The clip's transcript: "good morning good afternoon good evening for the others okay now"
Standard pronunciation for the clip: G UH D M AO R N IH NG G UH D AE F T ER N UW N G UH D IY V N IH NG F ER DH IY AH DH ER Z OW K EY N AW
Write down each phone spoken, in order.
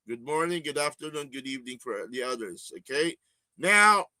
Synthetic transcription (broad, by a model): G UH D M AO R N IH NG G UH D AE F T ER N UW N G UH D IY V N IH NG F ER DH IY AH DH ER Z OW K EY N AW